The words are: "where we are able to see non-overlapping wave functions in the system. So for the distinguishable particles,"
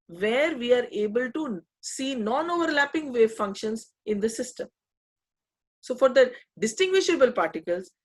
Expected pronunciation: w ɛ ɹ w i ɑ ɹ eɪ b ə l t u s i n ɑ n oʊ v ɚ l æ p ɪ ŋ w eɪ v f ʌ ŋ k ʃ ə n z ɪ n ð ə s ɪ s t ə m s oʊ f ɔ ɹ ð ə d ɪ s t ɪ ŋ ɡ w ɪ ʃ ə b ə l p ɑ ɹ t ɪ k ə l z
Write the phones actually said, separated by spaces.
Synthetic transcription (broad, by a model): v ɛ ɹ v i ɑ ɹ eɪ b ə l t u s i n ɑ n oʊ v ɚ l æ p ɪ ŋ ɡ eɪ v f ʌ ŋ k ʃ ə n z ɪ n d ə s ɪ s t ə m s oʊ f ɔ ɹ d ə d ɪ s t ɪ ŋ ɡ w ɪ ʃ ə b ə l p ɑ ɹ t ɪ k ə l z